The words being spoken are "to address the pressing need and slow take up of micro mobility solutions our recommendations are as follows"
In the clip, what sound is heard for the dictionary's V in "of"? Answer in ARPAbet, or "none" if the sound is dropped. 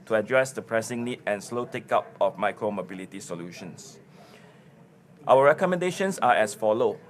F